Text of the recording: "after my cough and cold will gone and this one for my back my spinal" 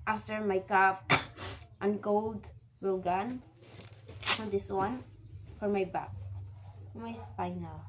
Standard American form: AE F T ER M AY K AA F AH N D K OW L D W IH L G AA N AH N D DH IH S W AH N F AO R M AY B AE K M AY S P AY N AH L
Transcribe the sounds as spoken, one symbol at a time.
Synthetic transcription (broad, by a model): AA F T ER M AY K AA P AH N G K OW L D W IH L G AA N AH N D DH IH S W AH N F AO R M AY B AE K M AY S P AY N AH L